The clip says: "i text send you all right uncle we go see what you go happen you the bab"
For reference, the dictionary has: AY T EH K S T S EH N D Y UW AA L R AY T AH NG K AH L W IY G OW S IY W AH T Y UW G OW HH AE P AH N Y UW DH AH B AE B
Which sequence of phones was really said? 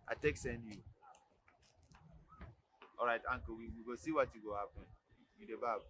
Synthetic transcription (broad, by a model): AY T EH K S S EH N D Y UW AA R AY T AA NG K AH W W IY G OW S IY W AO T Y UW G OW HH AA P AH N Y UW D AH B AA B